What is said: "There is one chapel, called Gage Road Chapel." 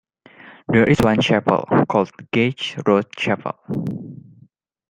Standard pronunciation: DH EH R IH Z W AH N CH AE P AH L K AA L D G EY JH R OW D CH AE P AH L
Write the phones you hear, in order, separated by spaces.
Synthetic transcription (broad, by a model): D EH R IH S W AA N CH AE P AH L K AA L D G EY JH R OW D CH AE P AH L